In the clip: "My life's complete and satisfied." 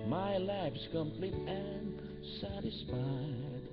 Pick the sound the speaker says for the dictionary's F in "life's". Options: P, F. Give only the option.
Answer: P